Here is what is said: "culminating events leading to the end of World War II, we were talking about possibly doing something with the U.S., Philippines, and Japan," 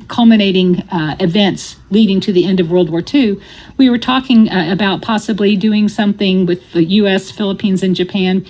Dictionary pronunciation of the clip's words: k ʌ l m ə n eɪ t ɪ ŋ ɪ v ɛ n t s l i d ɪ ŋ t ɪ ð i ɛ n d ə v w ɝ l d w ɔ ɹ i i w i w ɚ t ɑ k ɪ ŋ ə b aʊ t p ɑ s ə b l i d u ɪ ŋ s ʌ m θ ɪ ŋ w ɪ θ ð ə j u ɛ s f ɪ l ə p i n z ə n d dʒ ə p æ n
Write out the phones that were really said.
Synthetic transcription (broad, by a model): k ʌ l m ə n eɪ t ɪ ŋ ɪ v ɛ n t s l i d ɪ ŋ t ɪ ð i ɛ n d ə v w ɝ l d w ɔ ɹ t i w i w ɚ t ɑ k ɪ ŋ ə b aʊ t p ɑ s ə b l i d u ɪ ŋ s ʌ m θ ɪ ŋ w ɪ ð ə j u ɛ s f ɪ l ə p i n z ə n dʒ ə p æ n